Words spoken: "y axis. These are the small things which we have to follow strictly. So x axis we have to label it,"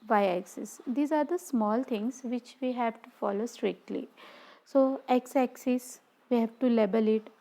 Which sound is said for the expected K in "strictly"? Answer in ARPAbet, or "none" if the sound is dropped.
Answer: K